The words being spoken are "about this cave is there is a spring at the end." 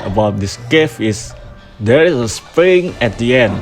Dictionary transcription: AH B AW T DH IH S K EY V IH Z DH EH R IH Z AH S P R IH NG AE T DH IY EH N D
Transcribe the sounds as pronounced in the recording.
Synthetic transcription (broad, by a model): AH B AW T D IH S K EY F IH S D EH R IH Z AH S P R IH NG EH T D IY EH N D